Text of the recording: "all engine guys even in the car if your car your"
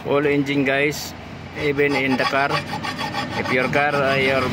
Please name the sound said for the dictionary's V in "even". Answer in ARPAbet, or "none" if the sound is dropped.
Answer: B